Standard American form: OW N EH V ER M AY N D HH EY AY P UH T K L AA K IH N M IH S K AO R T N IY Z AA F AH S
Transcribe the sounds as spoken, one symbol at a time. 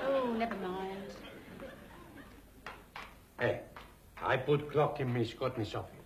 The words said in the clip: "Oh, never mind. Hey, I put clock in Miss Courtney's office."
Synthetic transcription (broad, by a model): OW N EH ER M AY N D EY AY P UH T K L AA K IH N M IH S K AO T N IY S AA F